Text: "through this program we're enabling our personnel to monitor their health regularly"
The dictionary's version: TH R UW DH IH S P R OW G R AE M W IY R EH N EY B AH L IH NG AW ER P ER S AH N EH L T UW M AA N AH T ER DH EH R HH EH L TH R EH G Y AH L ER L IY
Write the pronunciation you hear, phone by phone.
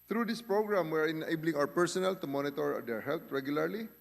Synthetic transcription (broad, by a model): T R UW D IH S P R OW G R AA M W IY R EH N EY B AH L IH NG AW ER P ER S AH N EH L T UW M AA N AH T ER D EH R HH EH L T R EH G Y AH L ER L IY